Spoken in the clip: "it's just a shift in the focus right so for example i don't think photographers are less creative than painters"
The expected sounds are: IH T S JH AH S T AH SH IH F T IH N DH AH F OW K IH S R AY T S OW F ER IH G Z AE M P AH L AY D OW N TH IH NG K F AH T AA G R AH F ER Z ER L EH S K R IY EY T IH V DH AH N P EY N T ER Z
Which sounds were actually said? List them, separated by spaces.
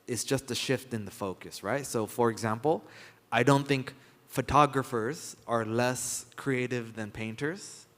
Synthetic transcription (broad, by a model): IH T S JH AH S T AH SH IH F T IH N DH AH F OW K IH S R AY T S OW F ER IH G Z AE M P L AY D OW N TH IH NG K F AH T AA G R AH F ER Z ER L EH S K R IY EY T IH V DH AH N P EY N T ER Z